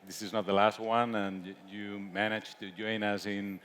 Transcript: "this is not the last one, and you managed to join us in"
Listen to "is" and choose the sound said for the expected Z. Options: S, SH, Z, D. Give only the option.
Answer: Z